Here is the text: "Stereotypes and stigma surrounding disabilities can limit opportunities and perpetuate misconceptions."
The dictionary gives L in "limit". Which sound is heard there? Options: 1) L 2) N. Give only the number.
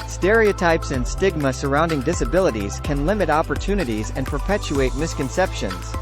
1